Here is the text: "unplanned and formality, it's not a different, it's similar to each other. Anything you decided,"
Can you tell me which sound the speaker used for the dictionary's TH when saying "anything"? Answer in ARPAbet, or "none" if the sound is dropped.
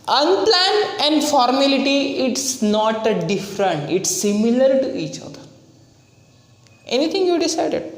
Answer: T